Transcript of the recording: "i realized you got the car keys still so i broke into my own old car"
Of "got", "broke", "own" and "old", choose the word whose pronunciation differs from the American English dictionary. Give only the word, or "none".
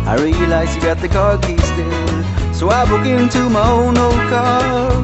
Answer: broke